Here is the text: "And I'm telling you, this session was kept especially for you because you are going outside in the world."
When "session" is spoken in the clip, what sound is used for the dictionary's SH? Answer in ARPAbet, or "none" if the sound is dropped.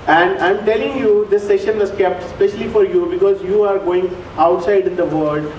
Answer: SH